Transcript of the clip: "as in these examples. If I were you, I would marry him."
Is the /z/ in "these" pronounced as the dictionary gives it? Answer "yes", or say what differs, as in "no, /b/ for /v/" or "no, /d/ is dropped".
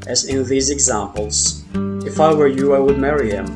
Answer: yes